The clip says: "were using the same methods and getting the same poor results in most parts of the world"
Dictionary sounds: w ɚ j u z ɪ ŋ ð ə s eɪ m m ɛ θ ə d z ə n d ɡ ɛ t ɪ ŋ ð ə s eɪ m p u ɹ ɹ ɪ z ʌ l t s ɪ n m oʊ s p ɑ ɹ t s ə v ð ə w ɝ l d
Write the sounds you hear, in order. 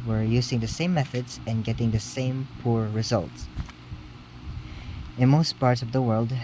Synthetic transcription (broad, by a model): w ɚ j u z ɪ ŋ ð ə s eɪ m m ɛ θ ə d z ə n ɡ ɛ t ɪ ŋ ð ə s eɪ m p u ɹ ɹ ɪ z ʌ l t s ɪ n m oʊ s p ɑ ɹ t s ə v ð ə w ɝ l d